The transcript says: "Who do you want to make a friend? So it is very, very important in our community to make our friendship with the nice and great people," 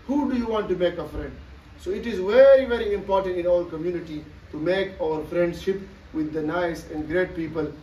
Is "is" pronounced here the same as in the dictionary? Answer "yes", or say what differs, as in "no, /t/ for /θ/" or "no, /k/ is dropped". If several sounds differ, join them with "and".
yes